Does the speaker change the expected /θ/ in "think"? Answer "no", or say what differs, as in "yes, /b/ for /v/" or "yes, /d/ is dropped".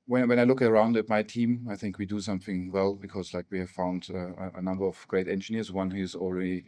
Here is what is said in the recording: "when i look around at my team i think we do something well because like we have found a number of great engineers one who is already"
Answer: no